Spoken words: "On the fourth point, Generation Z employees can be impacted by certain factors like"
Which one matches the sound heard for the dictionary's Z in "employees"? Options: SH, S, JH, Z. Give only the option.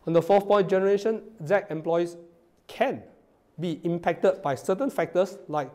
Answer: S